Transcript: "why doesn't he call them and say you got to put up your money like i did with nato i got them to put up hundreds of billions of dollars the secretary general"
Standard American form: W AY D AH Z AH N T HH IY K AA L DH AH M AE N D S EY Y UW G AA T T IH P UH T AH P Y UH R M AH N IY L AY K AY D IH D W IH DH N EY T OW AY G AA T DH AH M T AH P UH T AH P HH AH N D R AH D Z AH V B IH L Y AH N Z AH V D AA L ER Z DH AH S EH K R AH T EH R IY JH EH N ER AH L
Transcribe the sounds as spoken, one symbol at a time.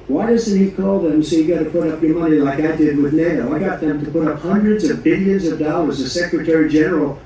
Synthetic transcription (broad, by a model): W AY D AH Z AH N T HH IY K AA L DH AH M S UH Y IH G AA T T IH P UH T AH P Y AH R M AH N IY L AY K AY D IH D W IH DH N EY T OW AY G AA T DH AH M T AH P UH T AH P HH AH N D R AH D Z AH V B IH L Y AH N Z AH V D AA L ER Z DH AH S EH K R AH T EH R IY JH EH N ER L